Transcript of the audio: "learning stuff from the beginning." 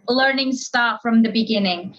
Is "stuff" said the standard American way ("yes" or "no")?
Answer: no